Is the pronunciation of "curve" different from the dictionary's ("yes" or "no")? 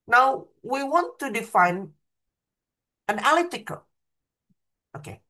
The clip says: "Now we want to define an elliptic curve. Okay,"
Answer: yes